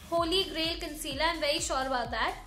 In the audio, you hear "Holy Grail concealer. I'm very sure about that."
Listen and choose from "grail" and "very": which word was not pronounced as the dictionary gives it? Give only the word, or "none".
very